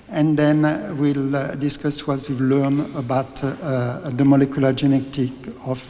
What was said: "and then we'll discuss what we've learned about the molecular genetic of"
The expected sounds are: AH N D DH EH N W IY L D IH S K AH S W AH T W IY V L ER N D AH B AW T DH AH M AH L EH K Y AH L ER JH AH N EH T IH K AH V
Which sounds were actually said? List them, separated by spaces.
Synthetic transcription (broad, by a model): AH N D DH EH N W IY L D IH S K AH S W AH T W IY V L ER N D AH B AW T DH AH M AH L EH K Y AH L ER JH AH N EH T IH K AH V